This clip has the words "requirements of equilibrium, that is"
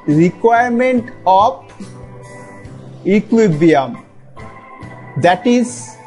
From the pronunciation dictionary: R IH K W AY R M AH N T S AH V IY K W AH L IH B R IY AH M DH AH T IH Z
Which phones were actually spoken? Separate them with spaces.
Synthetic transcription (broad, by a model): R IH K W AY R M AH N T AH P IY K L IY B IY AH M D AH T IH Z